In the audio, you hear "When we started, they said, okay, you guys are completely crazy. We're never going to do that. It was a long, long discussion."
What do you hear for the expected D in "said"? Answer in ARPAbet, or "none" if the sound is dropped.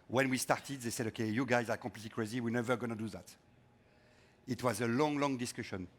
D